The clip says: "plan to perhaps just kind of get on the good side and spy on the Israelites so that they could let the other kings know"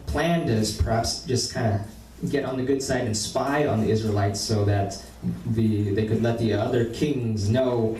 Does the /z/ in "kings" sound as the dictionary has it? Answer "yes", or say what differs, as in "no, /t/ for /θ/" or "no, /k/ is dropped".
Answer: yes